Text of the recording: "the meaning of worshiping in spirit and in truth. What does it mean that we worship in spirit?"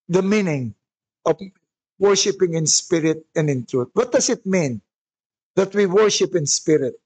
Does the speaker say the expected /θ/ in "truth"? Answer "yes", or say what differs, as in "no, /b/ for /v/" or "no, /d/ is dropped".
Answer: no, /t/ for /θ/